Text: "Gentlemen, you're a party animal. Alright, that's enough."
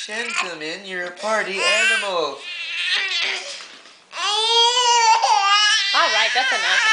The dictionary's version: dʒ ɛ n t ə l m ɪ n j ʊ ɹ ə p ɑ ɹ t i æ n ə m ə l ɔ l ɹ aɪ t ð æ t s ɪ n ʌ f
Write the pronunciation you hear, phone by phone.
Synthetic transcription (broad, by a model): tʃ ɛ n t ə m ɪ n j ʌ ɹ ə p ɑ ɹ t i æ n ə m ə l ɔ l ɹ aɪ t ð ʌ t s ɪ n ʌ